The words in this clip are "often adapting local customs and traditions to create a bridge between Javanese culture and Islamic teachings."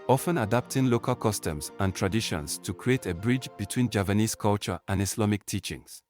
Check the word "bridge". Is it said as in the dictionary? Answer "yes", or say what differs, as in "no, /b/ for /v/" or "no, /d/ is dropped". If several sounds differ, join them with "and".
yes